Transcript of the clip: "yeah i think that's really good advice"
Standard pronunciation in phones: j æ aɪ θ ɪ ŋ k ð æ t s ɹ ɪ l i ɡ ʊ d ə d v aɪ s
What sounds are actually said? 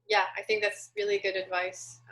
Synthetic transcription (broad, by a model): j æ aɪ θ ɪ ŋ k ð æ t s ɹ ɪ l i ɡ ʊ d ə d v aɪ s